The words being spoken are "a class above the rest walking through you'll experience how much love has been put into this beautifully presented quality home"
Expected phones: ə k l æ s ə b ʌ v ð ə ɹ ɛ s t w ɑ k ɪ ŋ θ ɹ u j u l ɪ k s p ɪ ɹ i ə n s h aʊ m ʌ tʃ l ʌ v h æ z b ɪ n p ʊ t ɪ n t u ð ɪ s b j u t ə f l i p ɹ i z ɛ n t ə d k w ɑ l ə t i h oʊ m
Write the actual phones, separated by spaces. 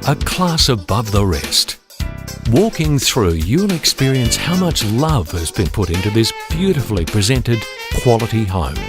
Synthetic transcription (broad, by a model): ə k l æ s ə b ʌ v ð ə ɹ ɛ s t w ɑ k ɪ ŋ θ ɹ u j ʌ n ɪ k s p ɪ ɹ i ə n s h aʊ m ʌ tʃ l ʌ v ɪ z b ɪ n p ʊ t ɪ n t u ð ɪ s b j u t ə f l i p ɹ i z ɛ n t ə d k w ɑ l ə t i h oʊ m